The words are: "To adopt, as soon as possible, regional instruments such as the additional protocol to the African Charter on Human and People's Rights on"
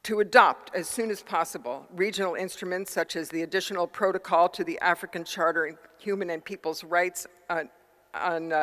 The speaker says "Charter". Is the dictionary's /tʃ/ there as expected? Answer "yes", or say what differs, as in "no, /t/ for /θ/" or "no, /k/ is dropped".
yes